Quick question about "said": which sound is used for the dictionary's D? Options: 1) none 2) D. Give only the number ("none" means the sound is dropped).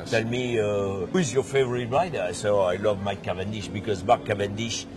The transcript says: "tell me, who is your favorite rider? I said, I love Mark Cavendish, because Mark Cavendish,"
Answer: 1